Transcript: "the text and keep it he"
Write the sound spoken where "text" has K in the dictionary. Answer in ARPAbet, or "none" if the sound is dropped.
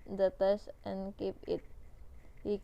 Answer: none